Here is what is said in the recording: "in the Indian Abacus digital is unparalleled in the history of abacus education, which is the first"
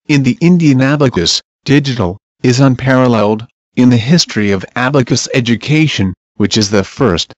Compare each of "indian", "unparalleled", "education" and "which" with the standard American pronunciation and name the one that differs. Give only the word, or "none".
none